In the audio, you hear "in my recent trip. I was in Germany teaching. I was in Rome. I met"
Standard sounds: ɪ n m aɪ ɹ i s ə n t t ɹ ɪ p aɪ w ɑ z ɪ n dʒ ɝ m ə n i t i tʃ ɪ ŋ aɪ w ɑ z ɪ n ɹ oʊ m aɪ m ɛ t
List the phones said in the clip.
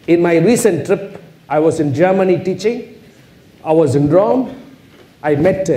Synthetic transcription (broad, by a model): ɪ n m aɪ ɹ i s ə n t t ɹ ɪ p aɪ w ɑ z ɪ n dʒ ɝ m ə n i t i tʃ ɪ ŋ aɪ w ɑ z ɪ n ɹ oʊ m aɪ m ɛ t